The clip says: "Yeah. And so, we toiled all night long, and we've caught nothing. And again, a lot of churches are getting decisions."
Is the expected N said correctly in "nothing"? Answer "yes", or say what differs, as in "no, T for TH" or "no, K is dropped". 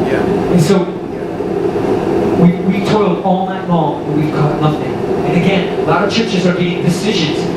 no, L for N